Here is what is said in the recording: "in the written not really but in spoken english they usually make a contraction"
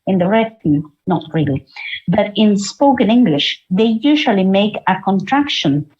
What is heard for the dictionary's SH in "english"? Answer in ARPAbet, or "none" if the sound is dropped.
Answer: SH